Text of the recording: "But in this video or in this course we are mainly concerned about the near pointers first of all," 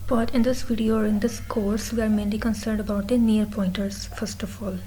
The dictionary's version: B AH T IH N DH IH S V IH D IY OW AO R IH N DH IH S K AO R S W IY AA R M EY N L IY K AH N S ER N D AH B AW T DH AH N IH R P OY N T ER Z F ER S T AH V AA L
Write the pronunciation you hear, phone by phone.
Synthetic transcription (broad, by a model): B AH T IH N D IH S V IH D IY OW AO R IH N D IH S K AO R S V IY AA R M EY N L IY K AH N S ER N D AH B AW T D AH N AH R P OY N T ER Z F ER S T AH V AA L